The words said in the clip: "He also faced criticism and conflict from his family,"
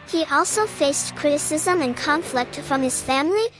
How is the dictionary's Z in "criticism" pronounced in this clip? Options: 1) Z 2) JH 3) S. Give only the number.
1